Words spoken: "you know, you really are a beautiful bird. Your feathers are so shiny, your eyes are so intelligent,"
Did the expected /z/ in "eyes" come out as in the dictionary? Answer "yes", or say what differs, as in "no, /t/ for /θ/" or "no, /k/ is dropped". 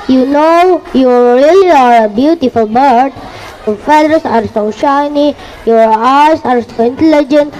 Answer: no, /s/ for /z/